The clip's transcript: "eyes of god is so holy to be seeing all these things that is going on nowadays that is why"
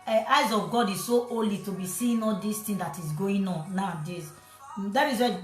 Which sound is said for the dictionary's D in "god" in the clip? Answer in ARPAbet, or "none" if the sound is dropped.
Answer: D